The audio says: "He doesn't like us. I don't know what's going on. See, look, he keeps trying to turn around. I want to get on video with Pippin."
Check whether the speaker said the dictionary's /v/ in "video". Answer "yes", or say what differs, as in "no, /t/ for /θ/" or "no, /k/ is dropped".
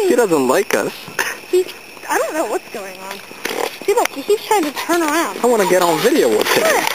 yes